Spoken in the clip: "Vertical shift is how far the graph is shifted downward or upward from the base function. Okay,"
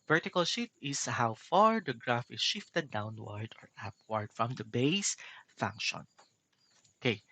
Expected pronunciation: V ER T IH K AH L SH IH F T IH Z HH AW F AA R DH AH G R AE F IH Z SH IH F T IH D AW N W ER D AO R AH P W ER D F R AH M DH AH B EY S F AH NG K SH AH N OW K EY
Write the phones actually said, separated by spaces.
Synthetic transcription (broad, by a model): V ER T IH K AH L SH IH T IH S HH AW F AA R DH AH G R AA F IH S SH IH F T IH D AW N W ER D AO R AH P W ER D F R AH M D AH B EY S F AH NG K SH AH N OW K EY